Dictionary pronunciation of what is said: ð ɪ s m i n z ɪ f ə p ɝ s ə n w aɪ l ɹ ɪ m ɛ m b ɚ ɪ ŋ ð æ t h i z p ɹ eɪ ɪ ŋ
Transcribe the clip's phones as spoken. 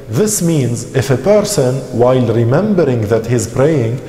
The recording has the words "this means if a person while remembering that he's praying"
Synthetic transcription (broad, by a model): ð ɪ s m i n z ɪ f ə p ɝ s ə n w aɪ l ɹ ɪ m ɛ m b ɚ ɪ ŋ ð æ t h i z p ɹ eɪ ɪ ŋ